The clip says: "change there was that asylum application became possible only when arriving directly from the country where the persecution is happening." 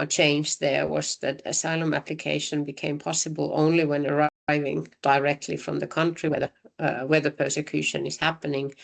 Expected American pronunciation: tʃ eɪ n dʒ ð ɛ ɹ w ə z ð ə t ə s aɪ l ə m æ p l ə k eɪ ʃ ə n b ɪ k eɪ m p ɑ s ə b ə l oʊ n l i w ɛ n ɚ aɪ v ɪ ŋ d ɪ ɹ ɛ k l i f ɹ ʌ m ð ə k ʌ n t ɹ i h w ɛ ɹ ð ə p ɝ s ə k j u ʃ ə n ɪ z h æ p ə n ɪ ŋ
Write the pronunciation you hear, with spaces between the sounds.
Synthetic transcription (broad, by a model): tʃ eɪ n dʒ ð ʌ ɹ w ə z ð ə t ə s aɪ l ə m æ p l ə k eɪ ʃ ə n b ɪ k eɪ m p ɑ s ə b ə l oʊ n l i w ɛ n ɚ aɪ v ɪ ŋ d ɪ ɹ ɛ k l i f ɹ ʌ m ð ə k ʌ n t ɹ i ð w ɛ ð ə p ɝ s ə k j u ʃ ə n ɪ z h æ p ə n ɪ ŋ